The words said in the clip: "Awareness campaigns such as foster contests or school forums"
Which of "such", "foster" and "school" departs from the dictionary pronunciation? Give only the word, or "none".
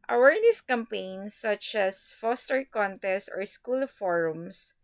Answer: none